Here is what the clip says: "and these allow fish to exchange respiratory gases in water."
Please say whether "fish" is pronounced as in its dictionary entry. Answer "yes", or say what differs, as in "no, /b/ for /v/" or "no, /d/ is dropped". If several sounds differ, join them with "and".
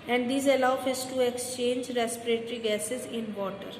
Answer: no, /s/ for /ʃ/